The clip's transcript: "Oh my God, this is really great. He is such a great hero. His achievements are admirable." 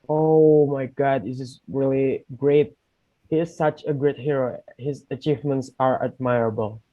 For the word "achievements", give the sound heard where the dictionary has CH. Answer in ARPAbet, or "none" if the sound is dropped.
CH